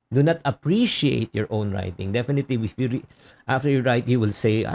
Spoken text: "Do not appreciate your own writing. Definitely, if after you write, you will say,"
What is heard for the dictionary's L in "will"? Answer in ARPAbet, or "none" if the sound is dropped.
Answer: L